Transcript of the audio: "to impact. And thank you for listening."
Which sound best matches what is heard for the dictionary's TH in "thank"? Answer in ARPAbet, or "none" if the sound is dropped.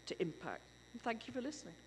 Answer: TH